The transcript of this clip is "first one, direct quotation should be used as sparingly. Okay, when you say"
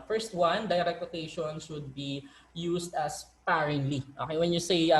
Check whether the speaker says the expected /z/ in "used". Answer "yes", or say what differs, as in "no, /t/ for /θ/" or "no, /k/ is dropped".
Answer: no, /s/ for /z/